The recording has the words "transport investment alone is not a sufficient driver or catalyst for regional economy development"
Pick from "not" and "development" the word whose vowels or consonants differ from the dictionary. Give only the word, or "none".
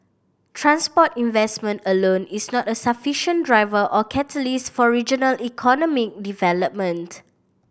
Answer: none